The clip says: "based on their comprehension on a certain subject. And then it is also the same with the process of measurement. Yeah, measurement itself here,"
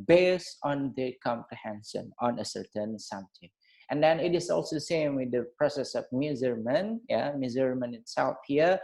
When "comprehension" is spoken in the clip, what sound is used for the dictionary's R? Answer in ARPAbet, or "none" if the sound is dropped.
none